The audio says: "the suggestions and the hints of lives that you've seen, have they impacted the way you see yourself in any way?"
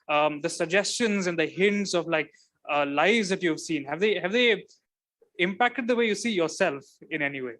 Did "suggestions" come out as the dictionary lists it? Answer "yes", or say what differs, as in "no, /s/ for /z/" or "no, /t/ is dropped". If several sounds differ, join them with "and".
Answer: yes